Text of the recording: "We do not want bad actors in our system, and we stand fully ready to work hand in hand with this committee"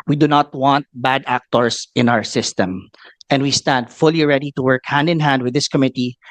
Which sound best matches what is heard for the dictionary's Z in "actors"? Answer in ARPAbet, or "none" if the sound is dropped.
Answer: S